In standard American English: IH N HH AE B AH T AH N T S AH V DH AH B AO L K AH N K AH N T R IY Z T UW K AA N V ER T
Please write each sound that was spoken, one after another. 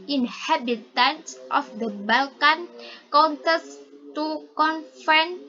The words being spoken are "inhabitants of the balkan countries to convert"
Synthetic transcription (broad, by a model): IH N HH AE B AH T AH N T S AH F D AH B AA L K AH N K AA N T IY S T UW K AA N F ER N